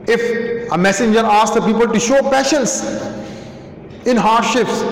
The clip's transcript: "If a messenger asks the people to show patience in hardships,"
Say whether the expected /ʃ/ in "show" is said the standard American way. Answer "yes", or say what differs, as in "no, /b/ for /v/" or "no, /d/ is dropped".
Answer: yes